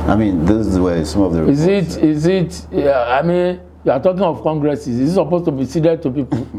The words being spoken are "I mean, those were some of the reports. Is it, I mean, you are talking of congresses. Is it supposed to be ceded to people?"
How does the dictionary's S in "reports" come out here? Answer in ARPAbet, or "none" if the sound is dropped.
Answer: none